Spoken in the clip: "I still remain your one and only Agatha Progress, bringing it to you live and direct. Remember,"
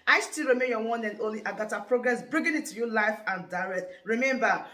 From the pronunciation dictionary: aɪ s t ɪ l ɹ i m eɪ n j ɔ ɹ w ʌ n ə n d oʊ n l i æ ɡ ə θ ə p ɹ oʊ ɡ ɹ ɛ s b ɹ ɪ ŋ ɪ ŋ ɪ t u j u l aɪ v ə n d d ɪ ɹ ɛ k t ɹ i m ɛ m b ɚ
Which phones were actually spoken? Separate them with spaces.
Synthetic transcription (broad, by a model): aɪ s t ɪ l ɹ i m eɪ n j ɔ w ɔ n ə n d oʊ l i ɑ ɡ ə t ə p ɹ oʊ ɡ ɹ ɛ s b ɹ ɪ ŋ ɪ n ɪ t u j u l aɪ f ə n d d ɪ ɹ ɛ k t ɹ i m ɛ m b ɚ